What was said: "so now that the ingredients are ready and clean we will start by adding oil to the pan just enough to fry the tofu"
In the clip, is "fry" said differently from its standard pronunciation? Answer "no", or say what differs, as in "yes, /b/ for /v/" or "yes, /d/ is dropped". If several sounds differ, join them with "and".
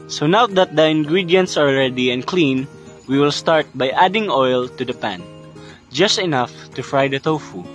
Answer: no